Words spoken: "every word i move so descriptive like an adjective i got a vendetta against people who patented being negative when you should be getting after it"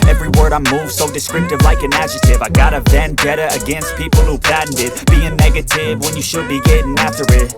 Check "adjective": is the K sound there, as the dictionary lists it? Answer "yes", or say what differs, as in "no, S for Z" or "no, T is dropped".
no, K is dropped